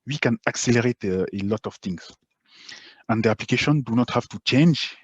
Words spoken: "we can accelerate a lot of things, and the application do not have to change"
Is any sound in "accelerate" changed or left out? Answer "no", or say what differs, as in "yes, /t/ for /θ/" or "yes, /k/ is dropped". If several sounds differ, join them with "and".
no